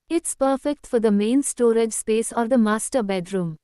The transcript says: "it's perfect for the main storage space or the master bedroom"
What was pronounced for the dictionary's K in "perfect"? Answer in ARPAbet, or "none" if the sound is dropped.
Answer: K